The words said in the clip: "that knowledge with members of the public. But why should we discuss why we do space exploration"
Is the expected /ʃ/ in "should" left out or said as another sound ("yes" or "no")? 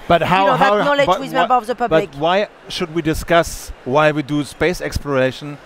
no